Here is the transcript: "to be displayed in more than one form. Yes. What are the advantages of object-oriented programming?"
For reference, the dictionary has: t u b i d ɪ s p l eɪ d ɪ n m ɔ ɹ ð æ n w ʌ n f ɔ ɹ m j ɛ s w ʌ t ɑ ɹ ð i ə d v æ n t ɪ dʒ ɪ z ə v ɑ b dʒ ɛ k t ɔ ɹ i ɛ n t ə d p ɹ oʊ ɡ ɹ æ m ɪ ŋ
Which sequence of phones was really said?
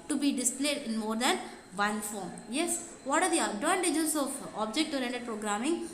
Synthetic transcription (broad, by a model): t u b i d ɪ s p l eɪ d ɪ n m ɔ ɹ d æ n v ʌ n f ɔ ɹ m j ɛ s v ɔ t ɑ ɹ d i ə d ɔ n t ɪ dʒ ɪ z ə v ɑ b dʒ ɛ k t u ɹ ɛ n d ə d p ɹ oʊ ɡ ɹ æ m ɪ ŋ